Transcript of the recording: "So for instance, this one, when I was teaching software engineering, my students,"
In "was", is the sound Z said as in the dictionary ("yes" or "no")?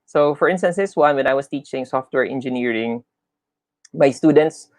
no